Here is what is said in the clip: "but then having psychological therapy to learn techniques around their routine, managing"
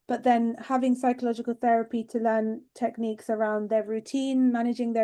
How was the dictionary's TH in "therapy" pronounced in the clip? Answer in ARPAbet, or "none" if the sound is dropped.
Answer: TH